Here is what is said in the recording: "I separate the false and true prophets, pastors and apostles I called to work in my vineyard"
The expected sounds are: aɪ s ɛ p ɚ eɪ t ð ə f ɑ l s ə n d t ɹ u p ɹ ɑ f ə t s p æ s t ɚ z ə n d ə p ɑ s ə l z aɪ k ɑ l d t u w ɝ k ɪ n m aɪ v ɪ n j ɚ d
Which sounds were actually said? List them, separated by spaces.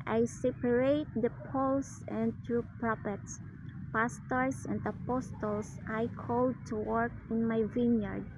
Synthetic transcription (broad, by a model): aɪ s ɛ p ɚ eɪ t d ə p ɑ l s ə n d t ɹ u p ɹ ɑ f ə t s p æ s t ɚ s ə n d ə p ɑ s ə l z aɪ k ɑ l d t u w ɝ k ɪ n m aɪ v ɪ n j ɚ d